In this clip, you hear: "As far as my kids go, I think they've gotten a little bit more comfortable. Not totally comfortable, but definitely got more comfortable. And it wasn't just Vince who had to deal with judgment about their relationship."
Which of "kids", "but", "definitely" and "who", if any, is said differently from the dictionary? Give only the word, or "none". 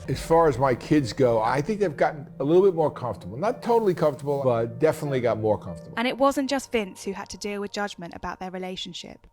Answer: none